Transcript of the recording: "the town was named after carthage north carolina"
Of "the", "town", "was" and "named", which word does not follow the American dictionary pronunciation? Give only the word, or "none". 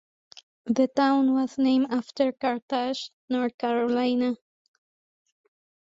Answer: named